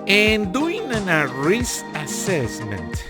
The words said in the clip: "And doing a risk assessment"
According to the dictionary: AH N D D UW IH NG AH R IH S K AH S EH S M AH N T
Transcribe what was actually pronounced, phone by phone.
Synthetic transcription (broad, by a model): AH N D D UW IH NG AH R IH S AH S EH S M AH N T